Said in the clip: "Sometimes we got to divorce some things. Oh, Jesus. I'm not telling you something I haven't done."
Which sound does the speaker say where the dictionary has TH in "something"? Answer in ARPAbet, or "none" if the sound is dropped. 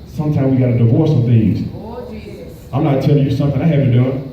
TH